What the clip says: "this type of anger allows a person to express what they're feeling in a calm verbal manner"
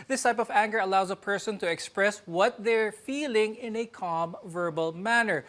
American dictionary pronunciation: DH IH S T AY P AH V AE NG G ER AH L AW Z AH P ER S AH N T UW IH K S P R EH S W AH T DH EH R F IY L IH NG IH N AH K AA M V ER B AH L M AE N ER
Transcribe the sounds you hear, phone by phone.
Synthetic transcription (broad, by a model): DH IH S T AY P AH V AE NG G ER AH L AW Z AH P ER S AH N T UW IH K S P R EH S W AH T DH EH R F IY L IH NG IH N AH K AA M V ER B AH L M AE N ER